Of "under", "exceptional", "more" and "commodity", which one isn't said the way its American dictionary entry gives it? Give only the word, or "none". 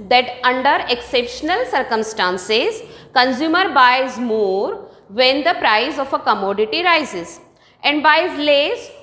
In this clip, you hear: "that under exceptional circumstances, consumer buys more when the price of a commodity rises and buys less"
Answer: none